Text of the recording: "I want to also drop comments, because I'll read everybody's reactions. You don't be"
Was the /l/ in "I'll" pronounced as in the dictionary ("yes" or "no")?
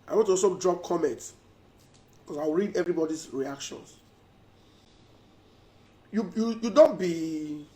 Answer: no